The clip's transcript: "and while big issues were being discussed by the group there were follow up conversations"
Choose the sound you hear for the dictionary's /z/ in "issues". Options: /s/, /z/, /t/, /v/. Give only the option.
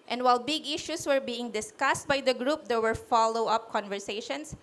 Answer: /s/